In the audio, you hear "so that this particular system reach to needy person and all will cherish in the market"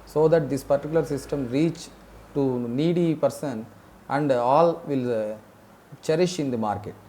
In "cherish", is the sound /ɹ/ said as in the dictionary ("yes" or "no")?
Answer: yes